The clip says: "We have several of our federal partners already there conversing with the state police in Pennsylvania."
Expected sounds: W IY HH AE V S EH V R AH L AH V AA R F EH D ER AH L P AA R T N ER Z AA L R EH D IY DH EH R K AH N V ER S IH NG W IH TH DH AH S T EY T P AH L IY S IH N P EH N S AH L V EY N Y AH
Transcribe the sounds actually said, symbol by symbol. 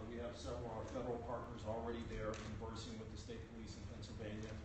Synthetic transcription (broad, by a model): W IY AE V S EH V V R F EH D ER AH L P AA R T N ER Z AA L R EH D IY DH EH R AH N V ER S IH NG W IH DH AH S T EY T P AH L IY S IH N P EH N S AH L V EY N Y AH